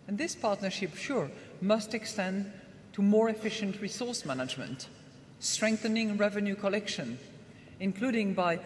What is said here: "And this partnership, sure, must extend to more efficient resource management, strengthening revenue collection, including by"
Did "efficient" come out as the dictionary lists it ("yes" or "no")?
yes